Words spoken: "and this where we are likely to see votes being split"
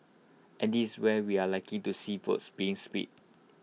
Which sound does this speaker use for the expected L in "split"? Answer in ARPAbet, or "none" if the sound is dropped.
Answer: none